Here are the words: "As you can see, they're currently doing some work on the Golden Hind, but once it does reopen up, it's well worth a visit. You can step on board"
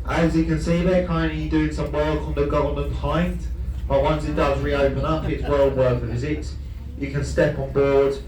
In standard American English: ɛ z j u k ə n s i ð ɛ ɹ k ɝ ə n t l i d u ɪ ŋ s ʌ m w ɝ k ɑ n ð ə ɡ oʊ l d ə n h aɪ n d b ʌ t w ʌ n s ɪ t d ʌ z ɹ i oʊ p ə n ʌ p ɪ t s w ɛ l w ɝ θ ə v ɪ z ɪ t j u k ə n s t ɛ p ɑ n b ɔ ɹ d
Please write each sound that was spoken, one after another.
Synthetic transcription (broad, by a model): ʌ z j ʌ k ə n s i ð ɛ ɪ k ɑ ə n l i d u ɪ ŋ s ʌ m w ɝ k n ð ə ɡ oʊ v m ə n h aɪ n d b ʌ t w ʌ n s ɪ t d ʌ z ɹ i oʊ p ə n ʌ p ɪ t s w ɛ l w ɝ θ ə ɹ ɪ z ɪ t j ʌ k ə n s t ɛ p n b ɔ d